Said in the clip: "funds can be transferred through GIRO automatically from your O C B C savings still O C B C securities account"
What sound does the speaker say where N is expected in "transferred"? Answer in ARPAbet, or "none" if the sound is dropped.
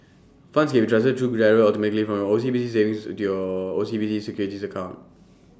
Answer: none